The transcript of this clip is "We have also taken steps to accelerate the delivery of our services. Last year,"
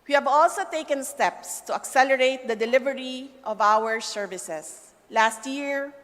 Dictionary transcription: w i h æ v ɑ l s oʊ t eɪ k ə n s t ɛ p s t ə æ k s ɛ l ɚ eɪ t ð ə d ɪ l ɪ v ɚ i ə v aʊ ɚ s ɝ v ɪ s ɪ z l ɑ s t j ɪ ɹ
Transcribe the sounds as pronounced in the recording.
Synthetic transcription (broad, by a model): w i h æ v ɑ l s oʊ t eɪ k ə n s t ɛ p s t ə æ k s ɛ l ɚ eɪ t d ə d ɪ l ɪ v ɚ i ə v aʊ ɚ s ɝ v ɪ s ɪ s l ɑ s t j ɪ ɹ